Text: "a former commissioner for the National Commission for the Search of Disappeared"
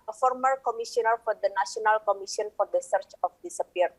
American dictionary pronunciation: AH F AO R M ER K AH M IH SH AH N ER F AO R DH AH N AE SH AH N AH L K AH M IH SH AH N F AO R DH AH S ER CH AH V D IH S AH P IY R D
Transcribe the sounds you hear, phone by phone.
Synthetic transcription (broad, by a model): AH F AO R M ER K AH M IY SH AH N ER F AO R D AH N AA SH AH N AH L K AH M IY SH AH N F AO R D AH S ER CH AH F D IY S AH P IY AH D